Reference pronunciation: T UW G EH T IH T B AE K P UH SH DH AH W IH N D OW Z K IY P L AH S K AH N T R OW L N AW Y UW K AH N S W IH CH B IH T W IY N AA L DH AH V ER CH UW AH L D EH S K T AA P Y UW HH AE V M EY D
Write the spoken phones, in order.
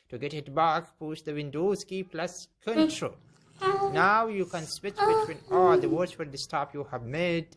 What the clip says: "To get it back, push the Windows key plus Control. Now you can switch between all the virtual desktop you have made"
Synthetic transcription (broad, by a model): T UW G EH T IH T B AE K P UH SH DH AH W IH N D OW S K IY P L AH S K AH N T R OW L N AW Y UW K AH N S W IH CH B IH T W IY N AA L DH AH W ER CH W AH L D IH S T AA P Y UW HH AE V M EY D